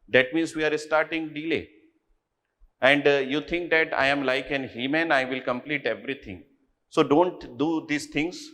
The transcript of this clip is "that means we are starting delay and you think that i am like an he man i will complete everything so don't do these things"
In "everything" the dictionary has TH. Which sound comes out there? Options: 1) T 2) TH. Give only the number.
1